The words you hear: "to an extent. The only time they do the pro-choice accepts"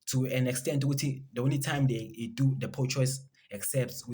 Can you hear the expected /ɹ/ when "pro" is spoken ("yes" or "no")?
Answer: no